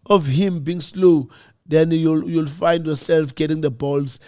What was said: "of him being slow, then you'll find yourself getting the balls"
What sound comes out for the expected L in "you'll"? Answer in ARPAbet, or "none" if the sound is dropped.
L